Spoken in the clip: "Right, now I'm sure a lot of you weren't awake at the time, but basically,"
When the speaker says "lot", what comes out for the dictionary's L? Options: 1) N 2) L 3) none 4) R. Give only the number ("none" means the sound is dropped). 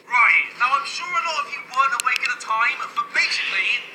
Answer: 1